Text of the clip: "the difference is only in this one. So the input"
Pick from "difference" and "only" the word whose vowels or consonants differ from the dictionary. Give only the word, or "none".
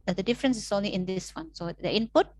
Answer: none